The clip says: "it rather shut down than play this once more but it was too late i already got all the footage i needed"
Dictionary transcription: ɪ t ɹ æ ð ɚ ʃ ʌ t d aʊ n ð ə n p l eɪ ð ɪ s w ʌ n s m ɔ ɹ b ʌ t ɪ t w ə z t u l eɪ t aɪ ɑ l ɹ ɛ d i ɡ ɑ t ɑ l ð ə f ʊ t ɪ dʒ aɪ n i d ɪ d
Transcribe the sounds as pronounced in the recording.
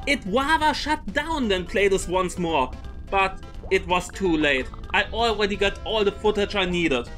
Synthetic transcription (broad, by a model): ɪ t w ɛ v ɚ ʃ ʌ t d aʊ n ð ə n p l eɪ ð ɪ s w ʌ n s m ɔ ɹ b ʌ t ɪ t w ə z t u l eɪ t aɪ ɑ l ɹ ɛ d i ɡ ɑ t ɑ l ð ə f ʊ t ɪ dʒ aɪ n i d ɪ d